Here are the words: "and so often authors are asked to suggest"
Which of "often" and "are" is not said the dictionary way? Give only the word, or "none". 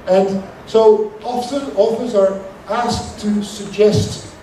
often